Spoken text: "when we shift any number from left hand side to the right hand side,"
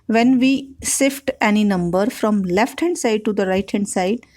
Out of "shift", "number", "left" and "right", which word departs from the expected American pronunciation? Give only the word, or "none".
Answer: shift